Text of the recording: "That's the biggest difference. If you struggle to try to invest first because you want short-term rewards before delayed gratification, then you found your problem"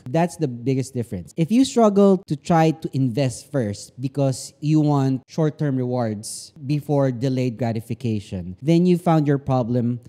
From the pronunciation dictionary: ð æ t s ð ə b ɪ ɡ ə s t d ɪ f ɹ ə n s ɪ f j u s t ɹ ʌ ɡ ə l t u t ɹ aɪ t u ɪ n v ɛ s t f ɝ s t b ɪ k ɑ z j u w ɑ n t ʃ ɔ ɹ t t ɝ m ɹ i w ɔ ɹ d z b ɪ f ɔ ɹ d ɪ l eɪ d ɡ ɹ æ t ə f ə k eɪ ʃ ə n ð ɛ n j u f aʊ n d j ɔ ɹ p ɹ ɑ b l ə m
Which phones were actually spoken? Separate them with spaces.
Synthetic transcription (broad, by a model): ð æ t s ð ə b ɪ ɡ ə s t d ɪ f ɹ ə n s ɪ f j u s t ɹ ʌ ɡ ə l t u t ɹ aɪ t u ɪ n v ɛ s t f ɝ s t b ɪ k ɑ s j u w ɑ n t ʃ ɔ ɹ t t ɝ m ɹ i w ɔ ɹ d s b ɪ f ɔ ɹ d ɪ l eɪ d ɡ ɹ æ t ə f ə k eɪ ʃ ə n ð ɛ n j u f aʊ n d j ɔ ɹ p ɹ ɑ b l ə m